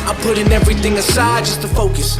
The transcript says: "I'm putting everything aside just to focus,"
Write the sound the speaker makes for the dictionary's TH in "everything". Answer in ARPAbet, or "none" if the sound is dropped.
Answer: TH